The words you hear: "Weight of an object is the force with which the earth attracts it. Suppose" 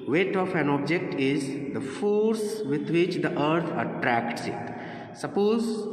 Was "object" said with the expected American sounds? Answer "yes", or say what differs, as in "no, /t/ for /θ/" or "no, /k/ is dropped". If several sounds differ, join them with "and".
yes